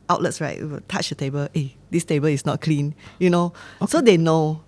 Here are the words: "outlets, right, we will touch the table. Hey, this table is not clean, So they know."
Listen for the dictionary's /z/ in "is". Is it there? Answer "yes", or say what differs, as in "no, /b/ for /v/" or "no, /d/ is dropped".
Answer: no, /s/ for /z/